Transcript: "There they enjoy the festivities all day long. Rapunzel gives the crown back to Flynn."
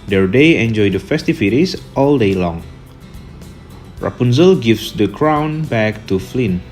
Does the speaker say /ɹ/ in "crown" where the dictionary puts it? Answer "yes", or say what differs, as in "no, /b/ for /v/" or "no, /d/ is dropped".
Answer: yes